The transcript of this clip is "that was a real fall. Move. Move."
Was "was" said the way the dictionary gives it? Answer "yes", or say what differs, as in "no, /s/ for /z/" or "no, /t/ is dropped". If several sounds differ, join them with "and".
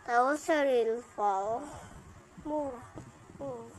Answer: no, /s/ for /z/